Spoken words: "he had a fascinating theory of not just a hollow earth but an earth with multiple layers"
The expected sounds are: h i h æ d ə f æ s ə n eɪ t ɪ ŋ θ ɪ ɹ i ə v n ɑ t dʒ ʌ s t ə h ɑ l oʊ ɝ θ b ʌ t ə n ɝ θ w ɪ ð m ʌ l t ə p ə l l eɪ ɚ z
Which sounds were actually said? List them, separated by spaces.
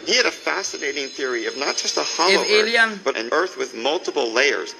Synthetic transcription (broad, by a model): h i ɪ d ə f æ s ə n eɪ t ɪ ŋ θ ɪ ɹ i ə v n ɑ t dʒ ʌ s t ə h ɑ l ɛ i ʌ b ʌ t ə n ɝ θ w ɪ ð m ʌ l t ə p l l eɪ ɚ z